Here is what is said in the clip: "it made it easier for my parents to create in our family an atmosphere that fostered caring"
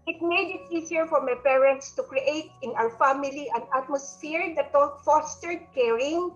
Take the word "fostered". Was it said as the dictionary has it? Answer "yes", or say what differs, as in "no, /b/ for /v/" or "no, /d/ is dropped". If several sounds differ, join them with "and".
yes